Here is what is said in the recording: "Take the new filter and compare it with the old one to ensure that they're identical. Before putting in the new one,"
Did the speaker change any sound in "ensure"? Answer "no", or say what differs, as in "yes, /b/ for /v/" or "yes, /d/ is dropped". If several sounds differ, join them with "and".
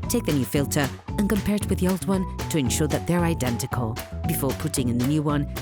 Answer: no